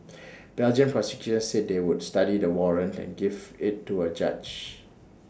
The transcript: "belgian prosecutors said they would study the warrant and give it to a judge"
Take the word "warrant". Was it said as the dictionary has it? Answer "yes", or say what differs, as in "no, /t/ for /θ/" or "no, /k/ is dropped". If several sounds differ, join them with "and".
yes